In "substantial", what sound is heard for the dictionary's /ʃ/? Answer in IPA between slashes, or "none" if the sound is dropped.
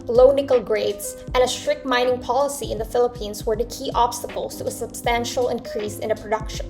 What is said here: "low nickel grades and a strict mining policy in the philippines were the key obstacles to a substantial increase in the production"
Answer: /ʃ/